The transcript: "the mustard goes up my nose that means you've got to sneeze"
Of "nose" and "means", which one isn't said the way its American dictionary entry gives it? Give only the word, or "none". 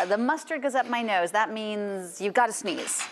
none